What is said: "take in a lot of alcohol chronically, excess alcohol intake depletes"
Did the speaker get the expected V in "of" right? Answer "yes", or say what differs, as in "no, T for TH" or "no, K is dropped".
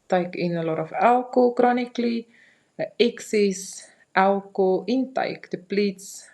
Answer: no, F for V